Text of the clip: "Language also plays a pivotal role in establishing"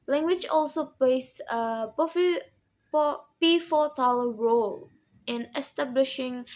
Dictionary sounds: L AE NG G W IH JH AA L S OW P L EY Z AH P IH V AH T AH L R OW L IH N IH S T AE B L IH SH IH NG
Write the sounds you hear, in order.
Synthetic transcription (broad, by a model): L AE NG G W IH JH AA L S OW P L EY S AH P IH F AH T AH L R OW L IH N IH S T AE B L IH SH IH NG